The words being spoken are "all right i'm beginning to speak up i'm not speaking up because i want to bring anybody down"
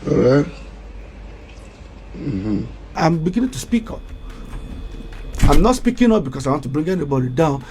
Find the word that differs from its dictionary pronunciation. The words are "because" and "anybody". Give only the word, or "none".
because